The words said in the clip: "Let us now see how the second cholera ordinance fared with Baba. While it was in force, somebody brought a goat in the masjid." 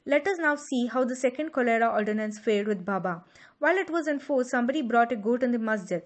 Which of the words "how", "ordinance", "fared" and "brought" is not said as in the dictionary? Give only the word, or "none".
fared